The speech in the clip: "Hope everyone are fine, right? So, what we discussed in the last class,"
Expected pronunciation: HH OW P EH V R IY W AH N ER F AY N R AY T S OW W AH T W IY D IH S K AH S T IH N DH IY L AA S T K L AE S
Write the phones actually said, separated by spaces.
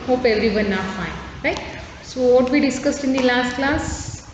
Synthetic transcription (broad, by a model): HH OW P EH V R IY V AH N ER F AY N R AY T S OW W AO T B IY D IH S K AH S T IH N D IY L AA S T K L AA S